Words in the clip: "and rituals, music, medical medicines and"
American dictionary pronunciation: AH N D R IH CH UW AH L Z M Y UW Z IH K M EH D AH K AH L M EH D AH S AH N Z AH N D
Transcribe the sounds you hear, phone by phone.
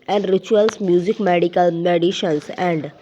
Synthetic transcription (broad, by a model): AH N D R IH CH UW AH L S M Y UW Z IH K M EH D AH K AH L M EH D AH SH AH N S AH N D